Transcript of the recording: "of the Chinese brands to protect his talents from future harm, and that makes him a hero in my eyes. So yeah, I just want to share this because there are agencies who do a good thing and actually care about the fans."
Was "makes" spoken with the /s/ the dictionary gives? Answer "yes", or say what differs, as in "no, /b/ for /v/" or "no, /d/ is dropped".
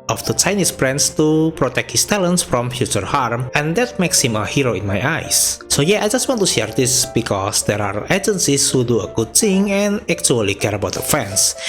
yes